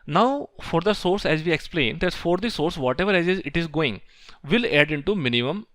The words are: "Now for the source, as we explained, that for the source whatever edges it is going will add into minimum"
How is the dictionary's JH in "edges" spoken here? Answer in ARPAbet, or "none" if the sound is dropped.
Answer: Z